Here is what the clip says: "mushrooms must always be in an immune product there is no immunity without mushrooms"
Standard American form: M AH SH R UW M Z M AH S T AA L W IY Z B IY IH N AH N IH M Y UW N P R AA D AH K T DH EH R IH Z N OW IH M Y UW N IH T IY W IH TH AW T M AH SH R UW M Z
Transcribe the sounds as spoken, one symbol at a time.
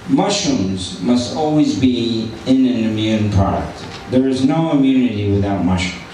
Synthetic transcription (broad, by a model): M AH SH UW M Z M AH S T AA L W IY Z B IY IH N AH N IH M Y UW N P R AA D AH K T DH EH R IH Z N OW IH M Y UW N IH T IY W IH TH AW T M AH SH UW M